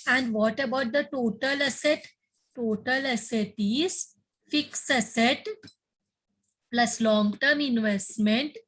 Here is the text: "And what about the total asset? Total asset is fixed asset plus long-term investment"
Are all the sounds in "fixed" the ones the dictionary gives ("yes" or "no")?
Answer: no